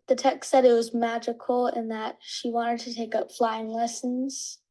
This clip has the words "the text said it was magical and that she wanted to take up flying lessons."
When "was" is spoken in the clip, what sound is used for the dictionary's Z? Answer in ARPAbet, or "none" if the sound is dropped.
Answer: Z